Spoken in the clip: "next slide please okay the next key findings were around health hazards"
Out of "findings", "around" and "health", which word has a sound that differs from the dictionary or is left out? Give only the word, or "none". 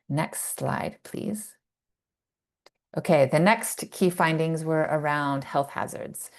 none